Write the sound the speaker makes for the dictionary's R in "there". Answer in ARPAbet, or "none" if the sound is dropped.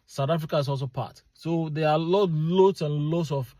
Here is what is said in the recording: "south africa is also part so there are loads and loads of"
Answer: L